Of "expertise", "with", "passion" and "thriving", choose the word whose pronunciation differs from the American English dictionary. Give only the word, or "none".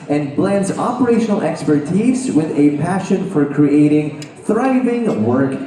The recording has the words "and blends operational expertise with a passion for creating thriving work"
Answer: none